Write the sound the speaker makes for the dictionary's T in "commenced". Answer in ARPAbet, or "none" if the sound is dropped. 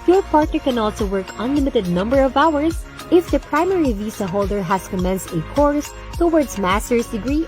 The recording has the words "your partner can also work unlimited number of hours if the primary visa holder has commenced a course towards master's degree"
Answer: T